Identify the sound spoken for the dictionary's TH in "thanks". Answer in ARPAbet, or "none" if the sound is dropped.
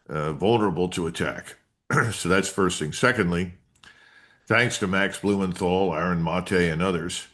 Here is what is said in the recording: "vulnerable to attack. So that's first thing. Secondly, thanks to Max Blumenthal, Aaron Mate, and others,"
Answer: TH